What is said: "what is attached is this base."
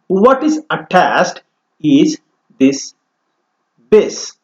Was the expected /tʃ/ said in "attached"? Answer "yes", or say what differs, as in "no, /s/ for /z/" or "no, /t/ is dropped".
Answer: no, /s/ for /tʃ/